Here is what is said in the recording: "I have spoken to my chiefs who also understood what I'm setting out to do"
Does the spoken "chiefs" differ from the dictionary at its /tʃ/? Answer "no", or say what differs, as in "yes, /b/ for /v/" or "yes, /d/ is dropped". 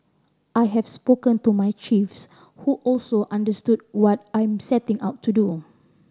no